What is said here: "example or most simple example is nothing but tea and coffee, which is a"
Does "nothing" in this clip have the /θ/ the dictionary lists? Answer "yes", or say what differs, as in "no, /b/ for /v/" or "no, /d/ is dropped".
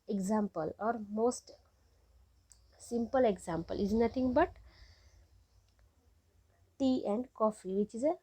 no, /t/ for /θ/